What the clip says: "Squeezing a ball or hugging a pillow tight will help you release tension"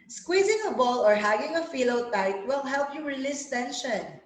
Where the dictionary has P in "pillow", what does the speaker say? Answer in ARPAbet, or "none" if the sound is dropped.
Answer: F